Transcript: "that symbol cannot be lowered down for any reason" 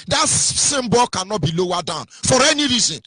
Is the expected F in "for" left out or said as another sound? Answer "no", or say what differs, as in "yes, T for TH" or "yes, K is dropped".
no